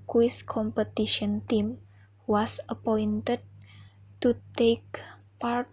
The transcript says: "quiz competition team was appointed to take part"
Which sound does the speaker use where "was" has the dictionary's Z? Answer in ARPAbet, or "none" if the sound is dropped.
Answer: S